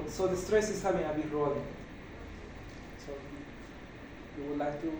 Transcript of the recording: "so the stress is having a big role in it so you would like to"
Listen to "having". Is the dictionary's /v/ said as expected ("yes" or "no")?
no